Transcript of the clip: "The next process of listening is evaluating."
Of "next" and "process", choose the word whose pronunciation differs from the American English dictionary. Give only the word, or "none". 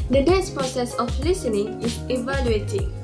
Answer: next